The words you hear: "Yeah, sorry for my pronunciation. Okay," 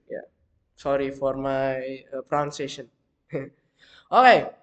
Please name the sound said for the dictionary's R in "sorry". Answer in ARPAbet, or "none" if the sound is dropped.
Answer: R